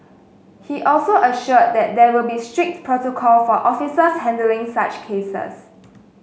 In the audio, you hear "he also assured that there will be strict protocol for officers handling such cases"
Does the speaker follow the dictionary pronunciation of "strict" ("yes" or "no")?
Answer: yes